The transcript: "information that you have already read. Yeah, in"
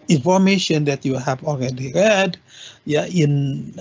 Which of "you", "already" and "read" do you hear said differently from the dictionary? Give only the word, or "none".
none